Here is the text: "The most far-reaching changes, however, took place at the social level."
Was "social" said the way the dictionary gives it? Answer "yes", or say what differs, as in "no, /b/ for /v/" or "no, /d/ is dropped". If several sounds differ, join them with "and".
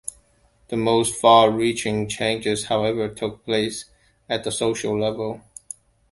yes